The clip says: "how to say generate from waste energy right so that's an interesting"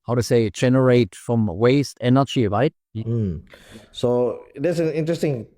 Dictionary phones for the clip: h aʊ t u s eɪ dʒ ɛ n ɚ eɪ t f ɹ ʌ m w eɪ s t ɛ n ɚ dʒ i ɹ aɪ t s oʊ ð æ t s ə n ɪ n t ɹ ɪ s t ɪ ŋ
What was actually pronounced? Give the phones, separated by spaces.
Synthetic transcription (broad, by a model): h aʊ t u s eɪ dʒ ɛ n ɚ eɪ t f ɹ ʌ m w eɪ s t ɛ n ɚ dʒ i ɹ aɪ t s oʊ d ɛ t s ə n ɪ n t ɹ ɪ s t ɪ ŋ